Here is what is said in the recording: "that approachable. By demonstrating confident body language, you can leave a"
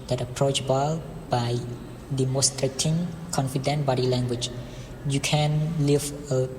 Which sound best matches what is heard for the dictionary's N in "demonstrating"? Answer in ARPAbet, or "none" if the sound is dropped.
none